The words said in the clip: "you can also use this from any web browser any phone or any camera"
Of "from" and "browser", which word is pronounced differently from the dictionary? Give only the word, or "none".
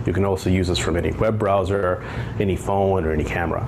none